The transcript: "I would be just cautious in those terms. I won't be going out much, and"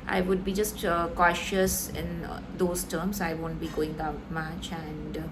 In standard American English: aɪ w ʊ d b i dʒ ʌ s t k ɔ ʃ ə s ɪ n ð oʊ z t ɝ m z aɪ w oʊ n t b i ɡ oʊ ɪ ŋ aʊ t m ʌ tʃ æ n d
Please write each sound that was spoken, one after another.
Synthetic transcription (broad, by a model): aɪ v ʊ d b i dʒ ʌ s t k ɔ ʃ ə s ɪ n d oʊ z t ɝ m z aɪ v oʊ n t b i ɡ oʊ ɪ ŋ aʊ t m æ tʃ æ n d